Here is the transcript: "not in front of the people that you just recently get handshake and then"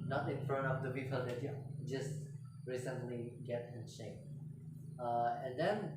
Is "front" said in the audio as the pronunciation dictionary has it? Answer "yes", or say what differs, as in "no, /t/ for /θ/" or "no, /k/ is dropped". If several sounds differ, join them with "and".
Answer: no, /t/ is dropped